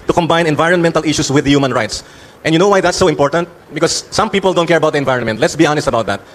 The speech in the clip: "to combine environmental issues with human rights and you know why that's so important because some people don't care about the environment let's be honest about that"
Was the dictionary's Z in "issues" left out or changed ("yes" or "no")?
yes